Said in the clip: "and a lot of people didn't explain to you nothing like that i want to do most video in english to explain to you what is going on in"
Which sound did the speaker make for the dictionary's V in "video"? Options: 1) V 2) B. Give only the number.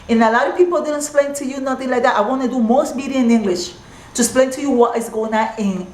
2